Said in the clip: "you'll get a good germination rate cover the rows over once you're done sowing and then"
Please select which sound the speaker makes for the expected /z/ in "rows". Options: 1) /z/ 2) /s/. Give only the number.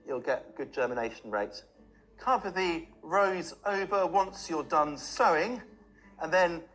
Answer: 1